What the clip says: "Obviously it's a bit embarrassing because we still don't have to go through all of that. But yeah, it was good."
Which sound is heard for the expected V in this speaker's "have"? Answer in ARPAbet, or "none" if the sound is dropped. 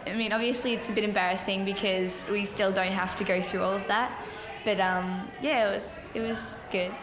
F